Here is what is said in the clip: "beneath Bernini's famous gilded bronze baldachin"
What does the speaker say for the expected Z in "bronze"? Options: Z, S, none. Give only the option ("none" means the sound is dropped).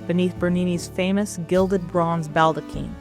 Z